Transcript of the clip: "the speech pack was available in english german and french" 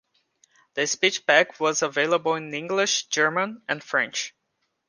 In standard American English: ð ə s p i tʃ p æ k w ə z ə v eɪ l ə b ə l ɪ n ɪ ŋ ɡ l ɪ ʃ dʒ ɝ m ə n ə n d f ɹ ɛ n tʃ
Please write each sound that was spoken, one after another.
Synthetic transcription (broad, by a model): ð ə s p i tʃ b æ k w ə z ə v eɪ l ə b ə l ɪ n ɪ ŋ ɡ l ɪ ʃ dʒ ɝ m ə n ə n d f ɹ ɛ n tʃ